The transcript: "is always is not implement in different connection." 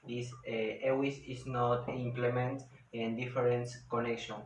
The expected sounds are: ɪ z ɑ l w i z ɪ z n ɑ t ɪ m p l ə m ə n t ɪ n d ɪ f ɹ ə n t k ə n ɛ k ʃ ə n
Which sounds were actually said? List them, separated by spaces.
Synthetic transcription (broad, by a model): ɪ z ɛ w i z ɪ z n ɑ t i m p l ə m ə n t ɪ n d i f ɹ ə n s k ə n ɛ k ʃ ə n